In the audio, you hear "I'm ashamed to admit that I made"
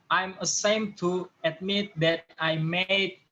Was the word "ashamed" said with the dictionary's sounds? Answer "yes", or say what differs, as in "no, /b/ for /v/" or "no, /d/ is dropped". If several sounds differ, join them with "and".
no, /s/ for /ʃ/